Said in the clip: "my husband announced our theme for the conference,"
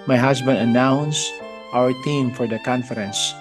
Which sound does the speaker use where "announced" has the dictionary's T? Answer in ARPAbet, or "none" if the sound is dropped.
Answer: T